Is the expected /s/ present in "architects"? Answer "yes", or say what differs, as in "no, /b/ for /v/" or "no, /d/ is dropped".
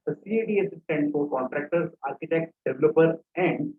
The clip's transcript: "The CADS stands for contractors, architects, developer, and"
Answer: no, /s/ is dropped